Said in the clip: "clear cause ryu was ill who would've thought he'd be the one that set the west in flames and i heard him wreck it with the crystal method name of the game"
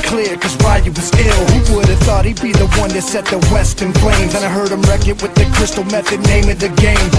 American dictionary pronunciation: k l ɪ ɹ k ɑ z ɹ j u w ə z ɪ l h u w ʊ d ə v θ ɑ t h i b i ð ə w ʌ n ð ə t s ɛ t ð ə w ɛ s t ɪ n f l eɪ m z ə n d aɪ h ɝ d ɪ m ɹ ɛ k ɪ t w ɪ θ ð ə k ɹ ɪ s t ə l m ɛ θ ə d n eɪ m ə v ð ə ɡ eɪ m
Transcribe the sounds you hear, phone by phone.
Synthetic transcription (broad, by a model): k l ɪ ɹ k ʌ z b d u w ə z ɪ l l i w ʊ d ə v θ ɑ t h i b i ð ə w ʌ n ð ə t s ɛ t ð ə w ɛ s t ɪ n p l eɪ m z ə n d aɪ h ɝ d ɪ m ɹ ɛ k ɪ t w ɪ ð ə k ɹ ɪ s t l m ɛ θ ə d n eɪ m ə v ð ə ɡ eɪ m